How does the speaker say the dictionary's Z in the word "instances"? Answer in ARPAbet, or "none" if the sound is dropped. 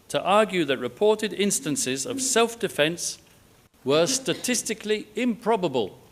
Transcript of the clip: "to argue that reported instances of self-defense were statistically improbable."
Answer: Z